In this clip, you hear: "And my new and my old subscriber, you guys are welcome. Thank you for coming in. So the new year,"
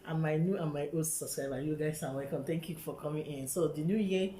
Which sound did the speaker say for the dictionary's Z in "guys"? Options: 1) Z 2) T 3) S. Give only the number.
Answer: 3